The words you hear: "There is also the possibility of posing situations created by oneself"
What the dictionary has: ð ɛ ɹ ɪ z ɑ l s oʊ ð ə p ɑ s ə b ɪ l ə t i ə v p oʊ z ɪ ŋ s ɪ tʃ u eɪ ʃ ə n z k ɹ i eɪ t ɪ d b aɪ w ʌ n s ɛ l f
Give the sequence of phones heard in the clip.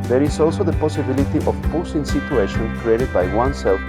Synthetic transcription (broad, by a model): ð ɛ ɹ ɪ s ɑ l s oʊ ð ə p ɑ s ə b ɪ l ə t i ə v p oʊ s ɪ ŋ s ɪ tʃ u eɪ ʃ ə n k ɹ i eɪ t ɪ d b aɪ w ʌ n s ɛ l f